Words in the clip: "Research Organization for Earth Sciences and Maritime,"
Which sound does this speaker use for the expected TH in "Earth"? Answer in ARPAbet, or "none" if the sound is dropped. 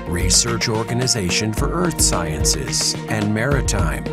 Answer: TH